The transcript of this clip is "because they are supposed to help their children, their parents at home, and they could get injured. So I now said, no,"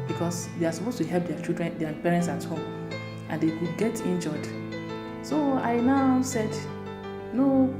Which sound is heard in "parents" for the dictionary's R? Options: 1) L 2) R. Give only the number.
2